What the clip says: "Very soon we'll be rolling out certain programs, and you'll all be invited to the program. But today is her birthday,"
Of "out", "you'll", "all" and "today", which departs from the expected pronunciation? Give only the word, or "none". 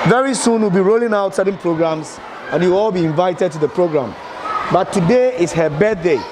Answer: you'll